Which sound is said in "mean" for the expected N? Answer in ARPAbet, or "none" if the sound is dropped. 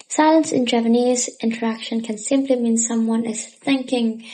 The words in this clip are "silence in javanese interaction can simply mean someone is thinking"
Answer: N